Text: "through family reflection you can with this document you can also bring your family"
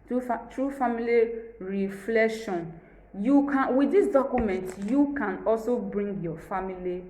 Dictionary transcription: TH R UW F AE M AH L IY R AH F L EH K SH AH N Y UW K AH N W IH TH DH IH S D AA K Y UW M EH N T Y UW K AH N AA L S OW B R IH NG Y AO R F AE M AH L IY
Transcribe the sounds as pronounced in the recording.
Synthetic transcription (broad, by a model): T R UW F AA M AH L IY R AH F L EH K SH AH N Y UW K AH N W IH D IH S D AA K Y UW M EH N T Y UW K AH N AA L S OW B R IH NG Y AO F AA M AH L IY